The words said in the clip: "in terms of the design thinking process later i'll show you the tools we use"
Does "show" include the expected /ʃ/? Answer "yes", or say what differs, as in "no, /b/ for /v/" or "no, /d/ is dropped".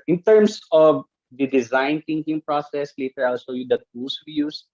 no, /s/ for /ʃ/